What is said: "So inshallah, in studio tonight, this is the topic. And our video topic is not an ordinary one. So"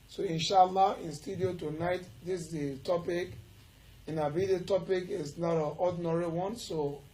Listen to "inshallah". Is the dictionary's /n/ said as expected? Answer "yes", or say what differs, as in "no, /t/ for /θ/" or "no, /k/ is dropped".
yes